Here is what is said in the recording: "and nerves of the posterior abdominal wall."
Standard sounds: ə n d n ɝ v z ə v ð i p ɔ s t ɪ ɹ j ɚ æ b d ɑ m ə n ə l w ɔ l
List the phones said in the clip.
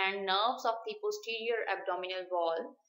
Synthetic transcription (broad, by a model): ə n d n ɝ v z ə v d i p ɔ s t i ɹ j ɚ æ b d ɑ m ə n ə l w ɔ l